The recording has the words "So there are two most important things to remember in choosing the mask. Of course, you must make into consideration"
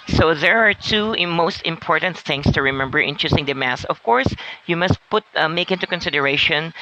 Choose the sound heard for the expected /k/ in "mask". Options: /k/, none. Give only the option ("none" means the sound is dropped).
none